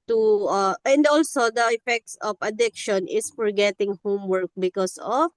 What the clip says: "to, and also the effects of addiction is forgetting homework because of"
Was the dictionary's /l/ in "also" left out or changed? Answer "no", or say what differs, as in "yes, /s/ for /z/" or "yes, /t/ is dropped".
no